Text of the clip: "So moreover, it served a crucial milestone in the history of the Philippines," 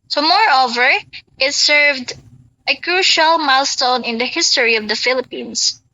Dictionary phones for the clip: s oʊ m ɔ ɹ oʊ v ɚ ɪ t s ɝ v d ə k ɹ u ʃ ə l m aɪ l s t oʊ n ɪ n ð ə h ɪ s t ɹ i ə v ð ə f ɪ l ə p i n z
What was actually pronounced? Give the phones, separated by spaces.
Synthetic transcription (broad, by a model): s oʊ m ɔ ɹ oʊ v ɚ ɪ t s ɝ v d ə k ɹ u ʃ ə l m aɪ l s t oʊ n ɪ n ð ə h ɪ s t ɹ i ə v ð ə f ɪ l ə p i n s